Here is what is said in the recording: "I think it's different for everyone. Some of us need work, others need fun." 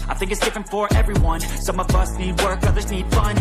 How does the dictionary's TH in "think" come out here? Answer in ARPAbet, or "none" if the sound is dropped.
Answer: TH